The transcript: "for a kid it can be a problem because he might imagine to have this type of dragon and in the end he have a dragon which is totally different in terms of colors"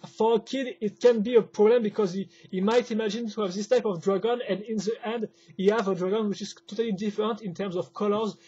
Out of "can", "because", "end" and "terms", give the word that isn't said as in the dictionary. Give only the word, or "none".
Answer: none